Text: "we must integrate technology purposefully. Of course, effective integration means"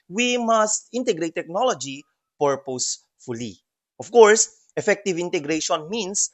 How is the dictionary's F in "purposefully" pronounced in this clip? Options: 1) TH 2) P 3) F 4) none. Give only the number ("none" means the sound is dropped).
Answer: 3